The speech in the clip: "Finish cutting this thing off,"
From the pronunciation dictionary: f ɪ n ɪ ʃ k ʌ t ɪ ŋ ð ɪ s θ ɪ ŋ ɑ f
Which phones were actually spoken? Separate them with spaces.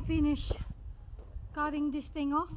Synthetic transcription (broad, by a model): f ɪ n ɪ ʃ k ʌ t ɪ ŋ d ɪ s t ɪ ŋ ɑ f